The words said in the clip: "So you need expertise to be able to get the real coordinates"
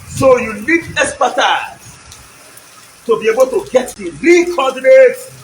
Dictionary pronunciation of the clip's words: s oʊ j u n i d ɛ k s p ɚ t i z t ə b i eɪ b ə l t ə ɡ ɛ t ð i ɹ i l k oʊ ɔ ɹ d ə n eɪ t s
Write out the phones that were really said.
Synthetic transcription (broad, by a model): s oʊ j u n i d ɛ s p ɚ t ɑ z t ə b i eɪ b ə l t ə ɡ ɛ t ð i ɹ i k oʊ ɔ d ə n eɪ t